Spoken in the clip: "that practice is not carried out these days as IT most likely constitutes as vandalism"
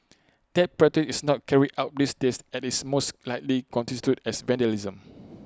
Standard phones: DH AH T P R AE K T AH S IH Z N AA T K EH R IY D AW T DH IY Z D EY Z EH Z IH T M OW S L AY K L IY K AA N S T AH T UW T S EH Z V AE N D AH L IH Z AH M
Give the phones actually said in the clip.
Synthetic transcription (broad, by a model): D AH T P R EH T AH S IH S N AA T K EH R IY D AW T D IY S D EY S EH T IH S M OW S L AY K L IY K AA N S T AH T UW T EH S V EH N D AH L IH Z AH M